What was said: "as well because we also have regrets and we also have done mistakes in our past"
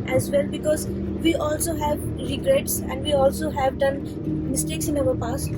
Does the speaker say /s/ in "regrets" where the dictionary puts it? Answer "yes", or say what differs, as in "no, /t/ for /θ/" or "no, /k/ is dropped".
yes